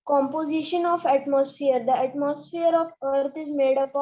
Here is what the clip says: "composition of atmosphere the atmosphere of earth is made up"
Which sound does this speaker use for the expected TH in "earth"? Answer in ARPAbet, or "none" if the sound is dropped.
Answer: T